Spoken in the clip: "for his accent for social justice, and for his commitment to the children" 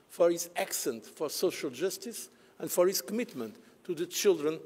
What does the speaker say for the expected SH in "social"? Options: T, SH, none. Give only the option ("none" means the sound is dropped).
SH